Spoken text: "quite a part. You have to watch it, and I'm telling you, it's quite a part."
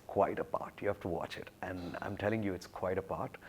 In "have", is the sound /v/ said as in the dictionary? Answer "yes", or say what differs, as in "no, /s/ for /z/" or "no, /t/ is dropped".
no, /f/ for /v/